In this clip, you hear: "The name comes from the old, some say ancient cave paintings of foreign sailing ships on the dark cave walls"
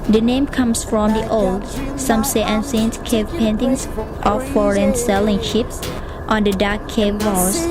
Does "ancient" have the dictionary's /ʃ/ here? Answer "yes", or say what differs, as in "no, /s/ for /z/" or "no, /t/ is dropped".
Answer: no, /s/ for /ʃ/